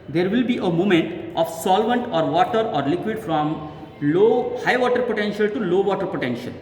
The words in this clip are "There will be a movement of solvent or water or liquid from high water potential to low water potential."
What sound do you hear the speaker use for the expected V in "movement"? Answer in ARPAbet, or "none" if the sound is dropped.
none